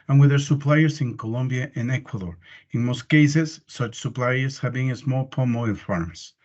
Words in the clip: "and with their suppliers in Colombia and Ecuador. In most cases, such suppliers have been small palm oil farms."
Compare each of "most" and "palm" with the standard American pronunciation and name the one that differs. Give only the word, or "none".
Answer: none